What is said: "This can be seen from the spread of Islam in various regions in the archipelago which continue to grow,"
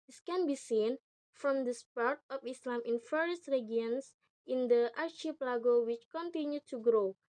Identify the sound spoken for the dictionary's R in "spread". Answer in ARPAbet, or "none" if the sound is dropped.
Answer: none